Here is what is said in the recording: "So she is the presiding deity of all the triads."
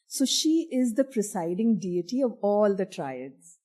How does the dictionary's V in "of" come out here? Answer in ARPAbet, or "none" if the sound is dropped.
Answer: V